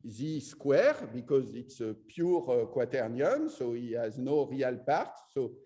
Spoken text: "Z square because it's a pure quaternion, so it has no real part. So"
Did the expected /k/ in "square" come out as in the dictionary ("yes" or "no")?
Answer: yes